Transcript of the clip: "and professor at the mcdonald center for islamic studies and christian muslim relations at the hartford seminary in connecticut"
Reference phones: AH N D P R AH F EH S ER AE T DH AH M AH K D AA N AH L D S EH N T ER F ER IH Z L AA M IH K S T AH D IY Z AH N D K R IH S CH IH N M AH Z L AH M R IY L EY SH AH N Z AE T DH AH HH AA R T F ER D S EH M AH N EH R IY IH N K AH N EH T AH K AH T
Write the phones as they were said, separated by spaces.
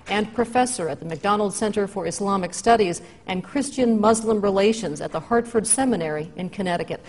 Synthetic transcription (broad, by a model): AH N P R AH F EH S ER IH T DH AH M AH K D AA N L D S EH N T ER F ER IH S L AA M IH K S T AH D IY Z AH N K R IH S CH IH N M AH Z L AH M R IY L EY SH AH N Z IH T DH AH HH AA R T F ER D S EH M AH N EH R IY IH N K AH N EH T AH K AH T